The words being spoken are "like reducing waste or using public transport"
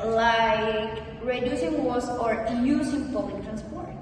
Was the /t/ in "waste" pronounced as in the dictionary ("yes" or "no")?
no